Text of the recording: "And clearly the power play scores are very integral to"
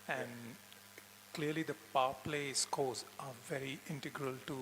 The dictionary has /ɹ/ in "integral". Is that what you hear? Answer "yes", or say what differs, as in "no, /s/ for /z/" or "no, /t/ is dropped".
yes